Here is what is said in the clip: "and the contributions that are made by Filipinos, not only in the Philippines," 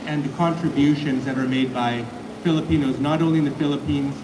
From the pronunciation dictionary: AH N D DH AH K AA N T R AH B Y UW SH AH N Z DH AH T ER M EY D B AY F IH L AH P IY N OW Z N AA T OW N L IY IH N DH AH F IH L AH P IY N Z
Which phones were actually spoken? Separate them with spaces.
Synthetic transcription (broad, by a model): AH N DH AH K AA N T R AH B Y UW SH AH N Z DH AH T ER M EY D B AY F IH L AH P IY N OW Z N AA T OW N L IY IH N DH AH F IH L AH P IY N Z